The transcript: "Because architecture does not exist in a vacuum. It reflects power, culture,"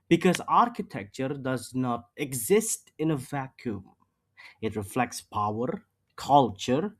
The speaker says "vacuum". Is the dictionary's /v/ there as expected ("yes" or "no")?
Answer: yes